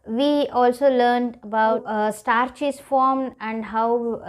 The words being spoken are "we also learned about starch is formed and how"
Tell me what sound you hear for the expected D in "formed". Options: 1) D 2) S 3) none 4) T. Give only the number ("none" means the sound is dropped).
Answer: 3